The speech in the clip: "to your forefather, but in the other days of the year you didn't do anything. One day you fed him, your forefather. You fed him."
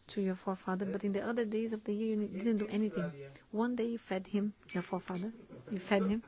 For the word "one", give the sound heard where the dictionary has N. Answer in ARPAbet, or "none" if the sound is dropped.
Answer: N